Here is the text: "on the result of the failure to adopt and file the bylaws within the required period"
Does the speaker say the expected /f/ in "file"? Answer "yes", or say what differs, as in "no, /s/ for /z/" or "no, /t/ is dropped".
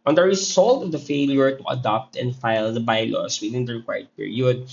yes